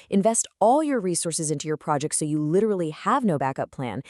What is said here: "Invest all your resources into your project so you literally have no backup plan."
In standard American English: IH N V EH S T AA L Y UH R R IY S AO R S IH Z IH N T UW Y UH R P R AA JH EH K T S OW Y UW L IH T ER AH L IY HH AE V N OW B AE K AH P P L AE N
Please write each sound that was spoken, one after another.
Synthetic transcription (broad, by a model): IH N V EH S T AA L Y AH R R IY S AO R S IH Z IH N T UW Y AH R P R AA JH EH K T S OW Y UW L IH T ER L IY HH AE V N OW B AE K AH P P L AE N